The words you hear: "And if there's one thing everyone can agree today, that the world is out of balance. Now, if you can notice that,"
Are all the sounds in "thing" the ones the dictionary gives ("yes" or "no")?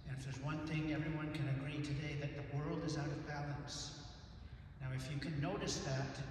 yes